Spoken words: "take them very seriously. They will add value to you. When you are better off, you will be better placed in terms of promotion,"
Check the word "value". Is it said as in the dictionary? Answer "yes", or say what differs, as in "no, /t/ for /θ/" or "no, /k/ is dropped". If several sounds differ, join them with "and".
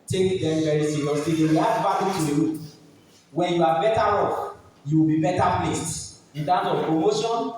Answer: no, /b/ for /v/